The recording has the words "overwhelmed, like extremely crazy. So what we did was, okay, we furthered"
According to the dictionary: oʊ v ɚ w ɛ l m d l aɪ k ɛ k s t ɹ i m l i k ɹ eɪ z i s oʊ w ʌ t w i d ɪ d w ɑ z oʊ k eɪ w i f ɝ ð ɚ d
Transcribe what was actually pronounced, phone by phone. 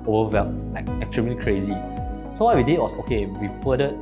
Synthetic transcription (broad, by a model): oʊ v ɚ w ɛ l l aɪ k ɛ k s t ɹ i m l i k ɹ eɪ z i s oʊ w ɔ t w i d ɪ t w ɑ s oʊ k eɪ w i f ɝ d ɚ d